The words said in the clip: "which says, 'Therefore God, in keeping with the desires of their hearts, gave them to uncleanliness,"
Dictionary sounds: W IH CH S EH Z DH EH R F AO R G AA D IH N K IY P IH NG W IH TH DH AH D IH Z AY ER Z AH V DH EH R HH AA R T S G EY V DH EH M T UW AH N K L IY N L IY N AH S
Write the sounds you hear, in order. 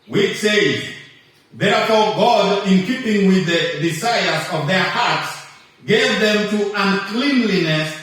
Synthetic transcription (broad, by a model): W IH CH S EH Z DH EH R F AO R G AA D IH N K IY P IH NG W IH DH AH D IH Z AY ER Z AH V DH EH R HH AA R T S G EY V DH EH M T UW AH N K L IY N L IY N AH S